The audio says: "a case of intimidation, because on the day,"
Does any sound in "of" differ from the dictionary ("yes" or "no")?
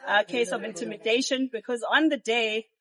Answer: no